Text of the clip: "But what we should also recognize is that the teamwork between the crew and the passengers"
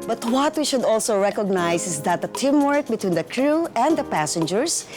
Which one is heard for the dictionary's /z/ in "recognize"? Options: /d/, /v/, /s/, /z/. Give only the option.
/s/